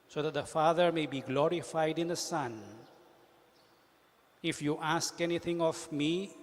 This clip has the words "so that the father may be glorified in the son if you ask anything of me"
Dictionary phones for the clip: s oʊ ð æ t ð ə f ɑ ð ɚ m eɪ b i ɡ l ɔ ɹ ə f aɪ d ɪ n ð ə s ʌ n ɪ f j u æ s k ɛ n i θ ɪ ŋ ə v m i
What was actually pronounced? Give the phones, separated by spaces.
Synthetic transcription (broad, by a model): s oʊ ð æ t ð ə f ɑ ð ɚ m eɪ b i ɡ l ɔ ɹ ə f aɪ d ɪ n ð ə s ʌ n ɪ f j u æ s k ɛ n i θ ɪ ŋ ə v m i